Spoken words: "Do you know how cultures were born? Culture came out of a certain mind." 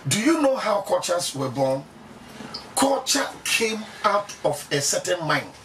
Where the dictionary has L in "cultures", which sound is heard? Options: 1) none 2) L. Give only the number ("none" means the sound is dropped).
1